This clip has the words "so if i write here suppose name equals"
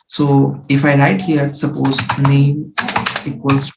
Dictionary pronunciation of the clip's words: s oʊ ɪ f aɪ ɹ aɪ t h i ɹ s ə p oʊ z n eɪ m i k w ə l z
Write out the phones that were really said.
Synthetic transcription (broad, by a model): s oʊ ɪ f aɪ l aɪ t h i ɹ s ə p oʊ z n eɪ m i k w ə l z